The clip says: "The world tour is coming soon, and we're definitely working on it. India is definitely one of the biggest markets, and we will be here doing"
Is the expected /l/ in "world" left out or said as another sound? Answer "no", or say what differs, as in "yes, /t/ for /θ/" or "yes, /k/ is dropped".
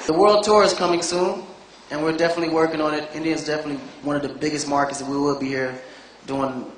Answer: no